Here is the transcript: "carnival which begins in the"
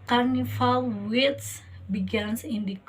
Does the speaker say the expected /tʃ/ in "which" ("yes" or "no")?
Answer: no